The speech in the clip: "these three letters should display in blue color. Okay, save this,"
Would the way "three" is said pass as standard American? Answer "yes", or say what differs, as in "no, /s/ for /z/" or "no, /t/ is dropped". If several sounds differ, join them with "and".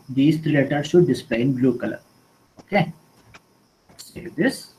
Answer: no, /t/ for /θ/